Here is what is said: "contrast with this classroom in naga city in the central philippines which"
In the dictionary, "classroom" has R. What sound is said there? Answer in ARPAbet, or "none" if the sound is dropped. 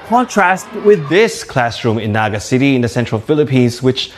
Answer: R